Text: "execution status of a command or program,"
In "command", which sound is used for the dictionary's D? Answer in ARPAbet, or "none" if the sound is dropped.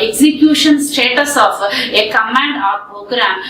D